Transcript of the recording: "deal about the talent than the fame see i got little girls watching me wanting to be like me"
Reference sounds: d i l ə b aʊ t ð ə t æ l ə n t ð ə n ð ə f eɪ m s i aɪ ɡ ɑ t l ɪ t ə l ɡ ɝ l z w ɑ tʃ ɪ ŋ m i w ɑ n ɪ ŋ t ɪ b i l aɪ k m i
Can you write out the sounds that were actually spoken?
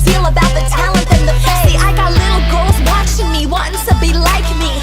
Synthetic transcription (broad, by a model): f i l ə b aʊ t ð ə t æ l ə n t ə n ð ə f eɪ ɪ aɪ ɡ ɑ t l ɪ t l ɡ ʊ l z w ɑ tʃ ɪ ŋ m i w ɑ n ɪ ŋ t ɪ b i l aɪ k m i